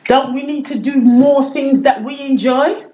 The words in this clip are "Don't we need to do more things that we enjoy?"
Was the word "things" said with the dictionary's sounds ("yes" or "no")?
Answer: yes